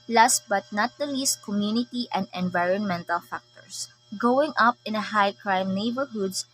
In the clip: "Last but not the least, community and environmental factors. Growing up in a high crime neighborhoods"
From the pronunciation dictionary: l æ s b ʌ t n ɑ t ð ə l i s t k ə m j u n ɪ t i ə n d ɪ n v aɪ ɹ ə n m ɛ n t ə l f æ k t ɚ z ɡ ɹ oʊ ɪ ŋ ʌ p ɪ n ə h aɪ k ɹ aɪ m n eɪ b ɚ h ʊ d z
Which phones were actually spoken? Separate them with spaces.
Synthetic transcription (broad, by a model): l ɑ s b ʌ t n ɑ t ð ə l i s t k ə m j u n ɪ t i ə n d ɪ n v aɪ ɹ ə n m ɛ n t ə l f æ k t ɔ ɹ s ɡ oʊ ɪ ŋ ʌ p ɪ n ə h aɪ k ɹ aɪ m n eɪ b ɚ h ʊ d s